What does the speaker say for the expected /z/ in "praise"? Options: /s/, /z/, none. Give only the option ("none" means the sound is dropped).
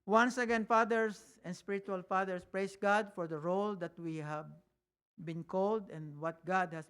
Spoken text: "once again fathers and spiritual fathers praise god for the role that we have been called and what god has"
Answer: /s/